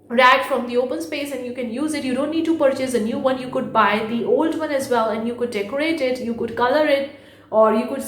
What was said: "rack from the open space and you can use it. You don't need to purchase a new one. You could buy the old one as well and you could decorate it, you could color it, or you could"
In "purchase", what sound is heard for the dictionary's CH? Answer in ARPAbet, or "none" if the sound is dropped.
CH